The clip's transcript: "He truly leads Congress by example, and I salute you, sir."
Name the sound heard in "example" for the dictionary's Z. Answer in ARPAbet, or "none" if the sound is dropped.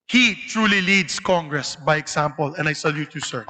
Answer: S